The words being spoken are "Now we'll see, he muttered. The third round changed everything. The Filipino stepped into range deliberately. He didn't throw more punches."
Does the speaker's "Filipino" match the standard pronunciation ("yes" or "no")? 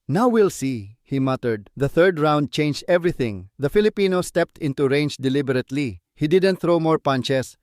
yes